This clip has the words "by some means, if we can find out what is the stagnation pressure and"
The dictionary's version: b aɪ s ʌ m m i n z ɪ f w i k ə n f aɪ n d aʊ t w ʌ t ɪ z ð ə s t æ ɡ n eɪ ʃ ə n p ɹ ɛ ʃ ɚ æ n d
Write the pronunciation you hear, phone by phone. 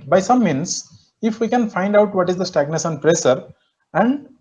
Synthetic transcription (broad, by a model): b aɪ s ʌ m m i n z ɪ f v i k ə n f aɪ n d aʊ t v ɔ t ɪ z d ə s t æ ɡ n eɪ s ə n p ɹ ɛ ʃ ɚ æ n d